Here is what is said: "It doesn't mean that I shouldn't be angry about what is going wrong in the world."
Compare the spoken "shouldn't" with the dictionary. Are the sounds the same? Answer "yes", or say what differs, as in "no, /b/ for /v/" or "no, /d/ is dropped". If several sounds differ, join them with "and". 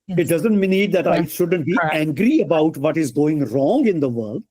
yes